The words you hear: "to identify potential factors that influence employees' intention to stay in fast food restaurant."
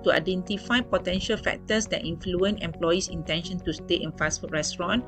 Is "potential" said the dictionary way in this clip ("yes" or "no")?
yes